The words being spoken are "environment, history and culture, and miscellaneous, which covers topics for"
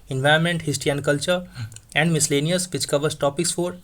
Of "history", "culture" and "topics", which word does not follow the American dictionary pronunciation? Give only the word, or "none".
history